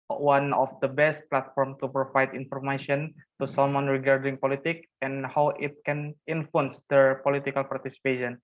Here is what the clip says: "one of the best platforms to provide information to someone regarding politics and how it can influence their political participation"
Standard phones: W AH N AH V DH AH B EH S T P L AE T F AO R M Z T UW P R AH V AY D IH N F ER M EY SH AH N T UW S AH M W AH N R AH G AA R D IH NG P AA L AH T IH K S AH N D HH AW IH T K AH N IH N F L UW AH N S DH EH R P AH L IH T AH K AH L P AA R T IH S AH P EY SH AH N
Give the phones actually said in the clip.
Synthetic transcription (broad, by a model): W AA N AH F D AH B EH S T P L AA T F AO R M T UW P R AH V AY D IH N F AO M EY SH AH N T UW S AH M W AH N R AH G AA R D IH NG P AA L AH T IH K AH N HH AW IH T K AH N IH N F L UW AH N S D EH R P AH L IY T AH K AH L P AA R T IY S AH P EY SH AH N